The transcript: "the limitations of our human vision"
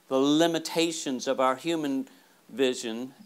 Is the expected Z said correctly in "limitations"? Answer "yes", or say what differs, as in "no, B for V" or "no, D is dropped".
yes